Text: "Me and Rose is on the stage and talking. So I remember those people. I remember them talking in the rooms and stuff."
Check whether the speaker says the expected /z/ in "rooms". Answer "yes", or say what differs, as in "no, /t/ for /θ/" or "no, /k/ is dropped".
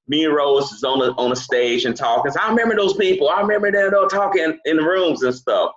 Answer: yes